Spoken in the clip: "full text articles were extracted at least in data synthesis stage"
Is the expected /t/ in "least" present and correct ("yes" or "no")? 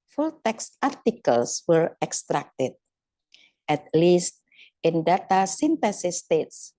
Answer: yes